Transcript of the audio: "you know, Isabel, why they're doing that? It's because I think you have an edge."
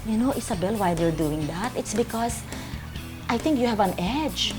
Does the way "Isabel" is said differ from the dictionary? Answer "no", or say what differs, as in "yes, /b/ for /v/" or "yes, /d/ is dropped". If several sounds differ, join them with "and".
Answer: yes, /s/ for /z/